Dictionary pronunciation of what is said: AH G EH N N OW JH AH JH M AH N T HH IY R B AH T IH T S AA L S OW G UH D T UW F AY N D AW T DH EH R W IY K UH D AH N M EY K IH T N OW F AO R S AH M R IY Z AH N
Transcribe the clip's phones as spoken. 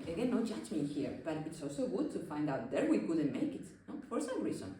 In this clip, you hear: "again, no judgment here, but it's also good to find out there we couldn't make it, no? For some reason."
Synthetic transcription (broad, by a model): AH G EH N N OW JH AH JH M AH HH IY R B AH T IH T S AA L S OW G UH D T UW F AY N D AW T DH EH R W IY K UH D AH N M EY K IH T N OW F AO R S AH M R IY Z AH N